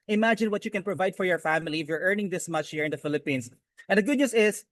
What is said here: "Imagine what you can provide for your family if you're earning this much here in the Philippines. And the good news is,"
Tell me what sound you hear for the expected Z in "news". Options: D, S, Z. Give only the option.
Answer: S